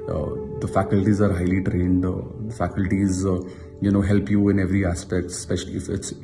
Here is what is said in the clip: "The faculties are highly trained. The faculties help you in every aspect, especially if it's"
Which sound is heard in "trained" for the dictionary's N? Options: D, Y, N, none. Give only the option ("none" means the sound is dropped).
N